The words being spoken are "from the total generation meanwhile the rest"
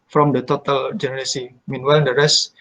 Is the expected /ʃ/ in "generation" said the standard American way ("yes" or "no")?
no